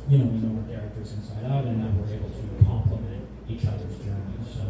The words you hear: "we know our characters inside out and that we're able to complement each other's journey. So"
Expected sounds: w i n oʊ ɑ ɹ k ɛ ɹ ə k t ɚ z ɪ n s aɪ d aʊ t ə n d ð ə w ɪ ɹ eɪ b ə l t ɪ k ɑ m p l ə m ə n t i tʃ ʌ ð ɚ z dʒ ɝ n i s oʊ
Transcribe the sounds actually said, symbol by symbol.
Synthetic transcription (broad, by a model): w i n oʊ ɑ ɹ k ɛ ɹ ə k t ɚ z ɪ n s aɪ d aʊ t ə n ð ə w ɪ ɹ eɪ b l t ɪ k ɑ m p l ə m ə n t i tʃ ʌ ð ɚ z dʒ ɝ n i s oʊ